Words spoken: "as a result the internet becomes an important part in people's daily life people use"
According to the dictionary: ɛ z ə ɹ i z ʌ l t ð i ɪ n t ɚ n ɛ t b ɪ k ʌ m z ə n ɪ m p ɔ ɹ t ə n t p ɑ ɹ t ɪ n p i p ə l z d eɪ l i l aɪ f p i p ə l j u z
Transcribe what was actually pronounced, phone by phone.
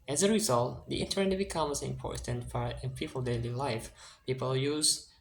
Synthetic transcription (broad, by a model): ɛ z ə ɹ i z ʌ l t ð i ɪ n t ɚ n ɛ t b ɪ k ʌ m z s ɪ m p ɔ ɹ t ə n t f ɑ ɹ ɪ n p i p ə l d eɪ l i l aɪ f p i p ə l j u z